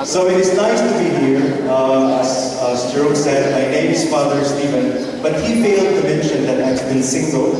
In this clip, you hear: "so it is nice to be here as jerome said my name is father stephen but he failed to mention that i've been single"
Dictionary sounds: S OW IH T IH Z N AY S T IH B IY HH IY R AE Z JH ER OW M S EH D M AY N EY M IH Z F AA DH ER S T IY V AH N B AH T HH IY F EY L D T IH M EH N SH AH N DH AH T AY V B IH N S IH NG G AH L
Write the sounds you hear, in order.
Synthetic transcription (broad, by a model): S OW IH T IH Z N AY S T IH B IY HH IY R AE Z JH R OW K S EH D M AY N EY M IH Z F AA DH ER S T IY V AH N B AH T HH IY F EY L D T IH M EH N SH AH N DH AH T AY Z B IH N S IH NG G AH L